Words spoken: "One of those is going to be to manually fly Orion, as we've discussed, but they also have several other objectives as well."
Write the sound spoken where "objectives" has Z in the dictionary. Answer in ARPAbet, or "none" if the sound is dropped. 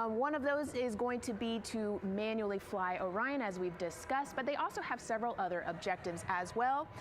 Z